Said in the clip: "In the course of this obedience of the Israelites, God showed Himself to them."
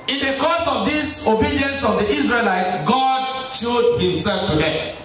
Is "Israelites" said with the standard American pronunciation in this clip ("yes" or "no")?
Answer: no